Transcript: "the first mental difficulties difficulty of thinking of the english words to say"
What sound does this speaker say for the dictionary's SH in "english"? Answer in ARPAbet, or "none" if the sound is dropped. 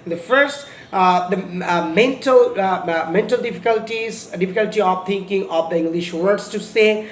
SH